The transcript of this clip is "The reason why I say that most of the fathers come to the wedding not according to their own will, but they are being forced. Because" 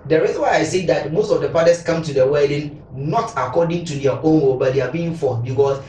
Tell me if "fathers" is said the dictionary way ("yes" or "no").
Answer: no